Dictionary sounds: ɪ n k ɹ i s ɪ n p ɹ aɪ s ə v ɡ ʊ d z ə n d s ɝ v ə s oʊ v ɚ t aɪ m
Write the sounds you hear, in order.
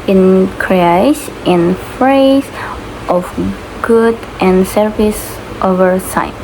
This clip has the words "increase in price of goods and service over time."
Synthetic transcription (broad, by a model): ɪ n k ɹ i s ɪ n f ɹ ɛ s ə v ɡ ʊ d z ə n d s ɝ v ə s oʊ v ɚ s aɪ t